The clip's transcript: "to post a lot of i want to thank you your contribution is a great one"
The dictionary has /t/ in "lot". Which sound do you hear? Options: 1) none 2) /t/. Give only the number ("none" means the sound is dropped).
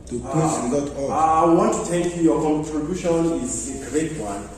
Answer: 1